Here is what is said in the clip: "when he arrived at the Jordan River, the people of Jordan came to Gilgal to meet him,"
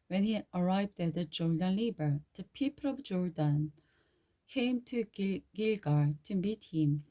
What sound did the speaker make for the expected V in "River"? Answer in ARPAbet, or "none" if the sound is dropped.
B